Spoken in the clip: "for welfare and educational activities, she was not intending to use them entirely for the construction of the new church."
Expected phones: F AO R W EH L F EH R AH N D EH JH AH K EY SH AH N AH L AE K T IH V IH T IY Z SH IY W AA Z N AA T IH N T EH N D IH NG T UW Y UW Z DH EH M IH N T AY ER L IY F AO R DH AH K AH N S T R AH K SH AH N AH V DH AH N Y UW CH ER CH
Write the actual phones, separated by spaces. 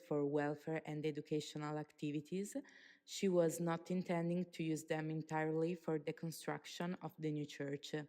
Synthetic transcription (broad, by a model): F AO R W EH L F EH R AH N D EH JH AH K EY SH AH N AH L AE K T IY V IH T IY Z SH IY W AA Z N AA T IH N T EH N D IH NG T UW Y UW Z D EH M IH N T AY ER L IY F AO R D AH K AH N S T R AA K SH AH N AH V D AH N Y UW CH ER CH